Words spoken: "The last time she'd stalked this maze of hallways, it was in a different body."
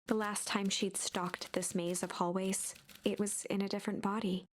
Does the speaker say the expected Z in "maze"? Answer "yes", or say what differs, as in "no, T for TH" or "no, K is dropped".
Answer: yes